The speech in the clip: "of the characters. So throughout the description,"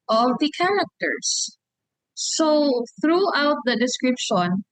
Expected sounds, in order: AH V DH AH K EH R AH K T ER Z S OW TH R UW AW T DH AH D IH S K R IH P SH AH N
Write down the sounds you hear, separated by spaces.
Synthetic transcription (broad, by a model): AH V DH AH K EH R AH K T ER S OW TH R UW AW T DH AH D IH S K R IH P SH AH N